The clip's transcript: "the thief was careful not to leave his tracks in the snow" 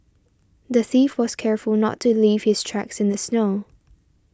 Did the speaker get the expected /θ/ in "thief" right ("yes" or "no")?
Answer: yes